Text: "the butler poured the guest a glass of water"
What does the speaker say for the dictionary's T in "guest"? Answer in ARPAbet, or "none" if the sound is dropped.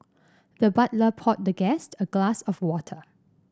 T